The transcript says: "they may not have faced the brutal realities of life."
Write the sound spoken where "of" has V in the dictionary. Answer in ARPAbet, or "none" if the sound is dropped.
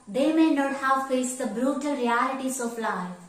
P